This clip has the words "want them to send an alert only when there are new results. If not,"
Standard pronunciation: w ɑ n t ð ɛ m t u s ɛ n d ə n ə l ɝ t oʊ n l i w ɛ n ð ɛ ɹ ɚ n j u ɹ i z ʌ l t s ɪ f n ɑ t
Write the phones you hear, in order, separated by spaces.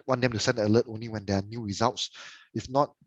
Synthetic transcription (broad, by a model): w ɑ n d ɛ m t u s ɛ n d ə l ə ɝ t oʊ n l i w ɛ n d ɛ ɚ n j u ɹ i z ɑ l t s ɪ f n ɑ t